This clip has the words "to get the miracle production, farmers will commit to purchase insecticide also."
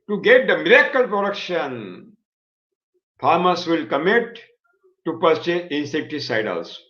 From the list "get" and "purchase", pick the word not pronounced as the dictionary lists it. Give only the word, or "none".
purchase